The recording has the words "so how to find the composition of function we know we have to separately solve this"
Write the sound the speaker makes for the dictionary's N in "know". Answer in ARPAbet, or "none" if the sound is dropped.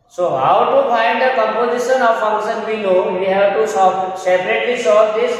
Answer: L